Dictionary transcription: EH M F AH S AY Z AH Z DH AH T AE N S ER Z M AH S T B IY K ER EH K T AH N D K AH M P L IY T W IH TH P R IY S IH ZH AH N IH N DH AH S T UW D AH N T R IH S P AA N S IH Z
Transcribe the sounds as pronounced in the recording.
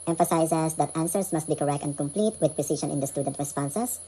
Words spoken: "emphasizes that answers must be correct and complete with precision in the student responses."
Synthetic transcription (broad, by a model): EH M F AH S AY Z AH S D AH T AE N S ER S M AH S T B IY K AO EH K T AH N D K AH M P L IY T W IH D P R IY S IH SH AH N IH N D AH S T UW D AH N T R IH S P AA N S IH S